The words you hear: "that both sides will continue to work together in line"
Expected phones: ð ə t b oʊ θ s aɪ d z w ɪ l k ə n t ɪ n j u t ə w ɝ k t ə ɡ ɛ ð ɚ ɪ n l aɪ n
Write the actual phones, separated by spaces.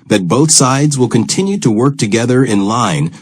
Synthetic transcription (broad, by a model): ð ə t b oʊ θ s aɪ d z w ɪ l k ə n t ɪ n j u t ə w ɝ k t ə ɡ ɛ ð ɚ ɪ n l aɪ n